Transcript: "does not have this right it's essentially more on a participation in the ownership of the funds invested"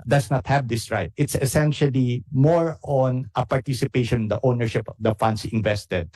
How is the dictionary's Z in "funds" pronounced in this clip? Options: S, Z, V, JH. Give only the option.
S